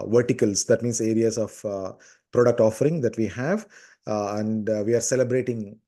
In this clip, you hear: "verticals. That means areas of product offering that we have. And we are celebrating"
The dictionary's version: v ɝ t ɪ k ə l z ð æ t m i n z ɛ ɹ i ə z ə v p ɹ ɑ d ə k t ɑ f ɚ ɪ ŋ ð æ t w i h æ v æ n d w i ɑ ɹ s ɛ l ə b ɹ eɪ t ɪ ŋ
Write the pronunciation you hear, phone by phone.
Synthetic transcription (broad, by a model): v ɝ t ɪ k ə l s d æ t m i n s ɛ ɹ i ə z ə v p ɹ ɑ d ə k t ɑ f ɚ ɪ ŋ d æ t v i h æ v æ n d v i ɑ ɹ s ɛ l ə b ɹ eɪ t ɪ ŋ